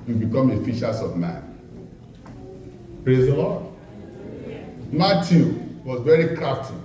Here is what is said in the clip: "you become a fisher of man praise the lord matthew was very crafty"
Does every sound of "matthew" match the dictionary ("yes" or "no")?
no